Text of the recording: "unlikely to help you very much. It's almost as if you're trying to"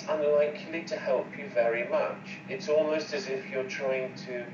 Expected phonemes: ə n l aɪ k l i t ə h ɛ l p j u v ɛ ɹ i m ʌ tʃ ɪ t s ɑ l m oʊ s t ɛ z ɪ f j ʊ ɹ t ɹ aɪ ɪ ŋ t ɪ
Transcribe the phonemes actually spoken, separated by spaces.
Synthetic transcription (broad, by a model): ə n l aɪ k l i t ə h ɛ l p j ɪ v ɛ ɹ i m ʌ tʃ ɪ t s ɑ l m oʊ s t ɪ z ɪ f j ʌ ɹ t ɹ aɪ ɪ ŋ t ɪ